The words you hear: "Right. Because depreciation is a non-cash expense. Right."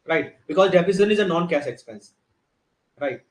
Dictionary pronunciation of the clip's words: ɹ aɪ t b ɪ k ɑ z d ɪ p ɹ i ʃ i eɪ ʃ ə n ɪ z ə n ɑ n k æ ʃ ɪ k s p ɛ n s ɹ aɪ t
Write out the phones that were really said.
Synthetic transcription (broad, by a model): ɹ aɪ t b ɪ k ɑ z d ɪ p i s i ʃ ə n ɪ z ə n ɑ n k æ s ɪ k s p ɛ n s ɹ aɪ t